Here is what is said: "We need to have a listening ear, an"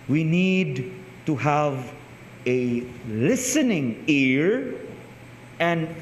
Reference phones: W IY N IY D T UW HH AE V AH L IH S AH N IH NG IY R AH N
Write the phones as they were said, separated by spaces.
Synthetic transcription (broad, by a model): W IY N IY D T UW HH AE V AH L IH S AH N IH NG IY R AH N